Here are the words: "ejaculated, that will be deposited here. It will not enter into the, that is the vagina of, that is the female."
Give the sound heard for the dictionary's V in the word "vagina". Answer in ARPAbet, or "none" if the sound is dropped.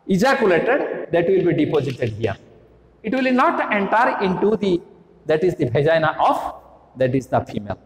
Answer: B